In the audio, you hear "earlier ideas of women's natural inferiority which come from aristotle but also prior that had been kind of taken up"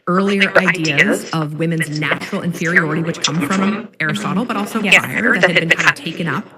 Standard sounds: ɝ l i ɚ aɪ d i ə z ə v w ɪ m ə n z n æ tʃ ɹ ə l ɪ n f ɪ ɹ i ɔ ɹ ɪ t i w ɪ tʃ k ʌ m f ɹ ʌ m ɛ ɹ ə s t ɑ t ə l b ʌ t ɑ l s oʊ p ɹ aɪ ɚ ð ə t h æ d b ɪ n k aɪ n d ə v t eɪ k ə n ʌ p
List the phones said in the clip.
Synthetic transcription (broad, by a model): ɝ l i ɚ aɪ d i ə z ə v w ɪ m ə n z n æ tʃ ɹ l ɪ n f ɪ ɹ i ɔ ɹ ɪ t i w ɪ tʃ k ʌ m f ɹ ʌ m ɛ ɹ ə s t ɑ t l b ʌ t ɑ l s oʊ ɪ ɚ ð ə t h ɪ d b ɪ n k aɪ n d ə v t eɪ k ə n ʌ p